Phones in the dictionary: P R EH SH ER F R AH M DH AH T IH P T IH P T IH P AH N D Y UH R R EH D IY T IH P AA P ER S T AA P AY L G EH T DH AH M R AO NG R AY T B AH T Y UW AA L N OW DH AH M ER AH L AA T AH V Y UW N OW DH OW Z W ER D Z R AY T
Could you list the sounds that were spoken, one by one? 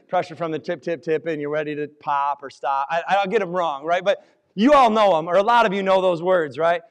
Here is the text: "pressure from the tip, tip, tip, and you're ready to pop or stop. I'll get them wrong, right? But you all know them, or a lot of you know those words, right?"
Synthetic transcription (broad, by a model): P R EH SH ER F R AH M DH AH T IH P T IH P T IH P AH N Y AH R R EH D IY T IH P AA P ER S T AA P AY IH G EH T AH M R AO NG R AY T B AH T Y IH AA L N OW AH M ER AH L AA T AH V Y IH N OW DH OW Z W ER D Z R AY T